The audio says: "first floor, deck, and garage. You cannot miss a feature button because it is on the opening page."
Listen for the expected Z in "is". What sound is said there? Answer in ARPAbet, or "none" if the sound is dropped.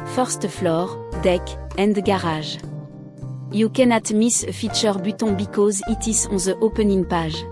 S